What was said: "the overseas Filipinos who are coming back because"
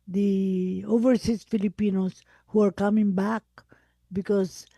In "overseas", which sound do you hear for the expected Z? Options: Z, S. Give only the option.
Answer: S